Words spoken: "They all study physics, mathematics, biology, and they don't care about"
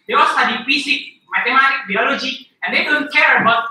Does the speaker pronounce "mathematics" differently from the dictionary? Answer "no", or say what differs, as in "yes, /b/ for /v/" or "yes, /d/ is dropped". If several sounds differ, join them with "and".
yes, /t/ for /θ/ and /s/ is dropped